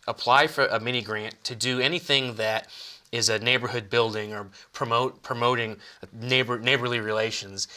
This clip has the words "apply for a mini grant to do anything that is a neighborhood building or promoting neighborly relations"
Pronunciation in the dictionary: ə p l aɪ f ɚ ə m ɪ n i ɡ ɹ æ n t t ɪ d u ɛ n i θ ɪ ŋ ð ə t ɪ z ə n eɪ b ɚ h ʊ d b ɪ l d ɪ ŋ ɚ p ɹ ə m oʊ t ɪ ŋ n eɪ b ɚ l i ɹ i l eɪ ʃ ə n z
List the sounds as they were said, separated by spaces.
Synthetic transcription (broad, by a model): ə p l aɪ f ɚ ə m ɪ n i ɡ ɹ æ n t t ɪ d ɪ ɛ n i θ ɪ ŋ ð ə t ɪ z ə n eɪ b ɚ h ʊ d b ɪ l d ɪ ŋ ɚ p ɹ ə m oʊ t ɪ ŋ n eɪ b ɚ l i ɹ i l eɪ ʃ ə n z